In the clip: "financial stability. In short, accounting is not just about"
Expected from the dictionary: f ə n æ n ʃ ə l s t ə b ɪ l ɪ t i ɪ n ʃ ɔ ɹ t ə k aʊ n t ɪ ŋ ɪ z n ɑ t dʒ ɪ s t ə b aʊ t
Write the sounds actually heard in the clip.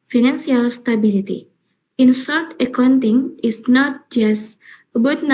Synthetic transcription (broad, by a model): f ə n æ n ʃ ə l s t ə b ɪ l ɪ t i ɪ n s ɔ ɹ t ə k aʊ n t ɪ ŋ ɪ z n ɑ t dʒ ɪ s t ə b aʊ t